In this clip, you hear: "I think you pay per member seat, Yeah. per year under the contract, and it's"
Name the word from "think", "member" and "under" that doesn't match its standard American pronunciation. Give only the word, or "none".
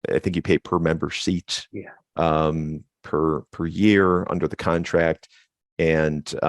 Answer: none